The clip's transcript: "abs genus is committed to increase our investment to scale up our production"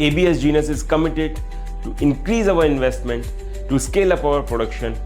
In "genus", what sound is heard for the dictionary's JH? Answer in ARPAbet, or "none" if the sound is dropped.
JH